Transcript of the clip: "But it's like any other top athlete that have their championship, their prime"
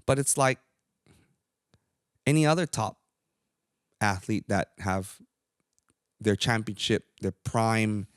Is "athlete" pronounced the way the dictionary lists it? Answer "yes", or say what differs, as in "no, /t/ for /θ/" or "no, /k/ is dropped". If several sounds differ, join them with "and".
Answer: yes